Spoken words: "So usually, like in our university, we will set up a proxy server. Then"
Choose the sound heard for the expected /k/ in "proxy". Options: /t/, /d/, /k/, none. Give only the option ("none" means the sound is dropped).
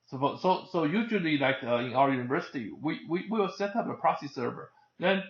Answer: none